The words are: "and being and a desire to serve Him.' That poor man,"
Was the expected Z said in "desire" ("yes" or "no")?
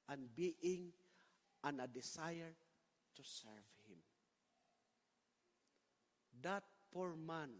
no